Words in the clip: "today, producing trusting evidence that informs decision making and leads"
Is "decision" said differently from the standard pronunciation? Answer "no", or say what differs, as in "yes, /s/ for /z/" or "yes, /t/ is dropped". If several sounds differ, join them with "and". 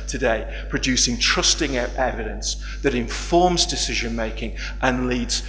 no